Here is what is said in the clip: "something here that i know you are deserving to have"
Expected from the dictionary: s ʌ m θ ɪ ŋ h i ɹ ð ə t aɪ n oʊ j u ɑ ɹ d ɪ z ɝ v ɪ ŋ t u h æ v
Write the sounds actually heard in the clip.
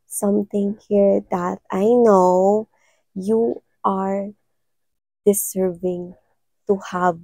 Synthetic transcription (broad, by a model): s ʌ m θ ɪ ŋ h i ɹ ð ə t aɪ n oʊ j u ɑ ɹ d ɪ s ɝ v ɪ ŋ t u h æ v